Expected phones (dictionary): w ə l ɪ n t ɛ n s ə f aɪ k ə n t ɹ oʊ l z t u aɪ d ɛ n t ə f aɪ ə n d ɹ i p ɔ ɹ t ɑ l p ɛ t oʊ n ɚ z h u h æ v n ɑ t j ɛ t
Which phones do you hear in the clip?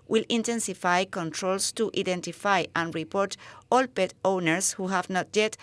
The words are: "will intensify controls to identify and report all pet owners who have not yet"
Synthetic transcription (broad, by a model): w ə l ɪ n t ɛ n s ə f aɪ k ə n t ɹ oʊ l s t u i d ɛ n t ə f aɪ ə n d ɹ i p ɔ ɹ t ɑ l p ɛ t oʊ n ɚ s h u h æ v n ɑ t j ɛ t